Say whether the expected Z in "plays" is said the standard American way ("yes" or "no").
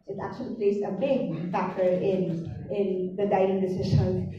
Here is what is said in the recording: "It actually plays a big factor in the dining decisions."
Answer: no